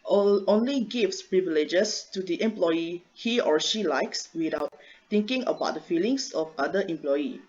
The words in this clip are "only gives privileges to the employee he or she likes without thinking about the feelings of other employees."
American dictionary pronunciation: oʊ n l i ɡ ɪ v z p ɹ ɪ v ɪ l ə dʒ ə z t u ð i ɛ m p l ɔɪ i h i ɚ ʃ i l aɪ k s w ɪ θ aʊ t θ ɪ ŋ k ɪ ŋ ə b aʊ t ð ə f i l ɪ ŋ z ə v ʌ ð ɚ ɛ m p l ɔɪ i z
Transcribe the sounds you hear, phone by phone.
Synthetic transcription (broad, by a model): oʊ n l i ɡ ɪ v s p ɹ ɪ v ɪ l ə dʒ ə s t u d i ɛ m p l ɔɪ i h i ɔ ʃ i l aɪ k s w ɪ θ aʊ t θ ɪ ŋ k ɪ ŋ ə b aʊ t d ə f i l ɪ ŋ s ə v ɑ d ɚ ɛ m p l ɔɪ i